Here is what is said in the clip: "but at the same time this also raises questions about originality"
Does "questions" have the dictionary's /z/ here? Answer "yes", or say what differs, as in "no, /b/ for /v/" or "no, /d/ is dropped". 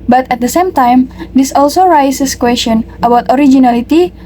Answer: no, /z/ is dropped